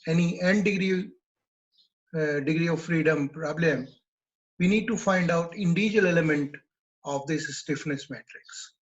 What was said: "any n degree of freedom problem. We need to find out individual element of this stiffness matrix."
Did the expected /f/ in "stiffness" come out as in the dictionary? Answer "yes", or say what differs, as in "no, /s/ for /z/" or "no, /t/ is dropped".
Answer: yes